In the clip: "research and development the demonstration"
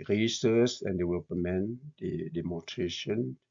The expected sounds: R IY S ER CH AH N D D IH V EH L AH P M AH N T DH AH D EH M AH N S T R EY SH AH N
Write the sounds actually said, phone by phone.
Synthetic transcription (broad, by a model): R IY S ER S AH N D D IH W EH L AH M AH N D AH D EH M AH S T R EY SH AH N